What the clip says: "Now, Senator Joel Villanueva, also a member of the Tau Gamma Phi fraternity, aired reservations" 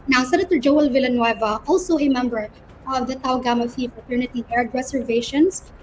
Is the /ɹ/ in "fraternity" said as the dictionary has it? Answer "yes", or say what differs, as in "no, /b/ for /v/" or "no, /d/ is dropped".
no, /ɹ/ is dropped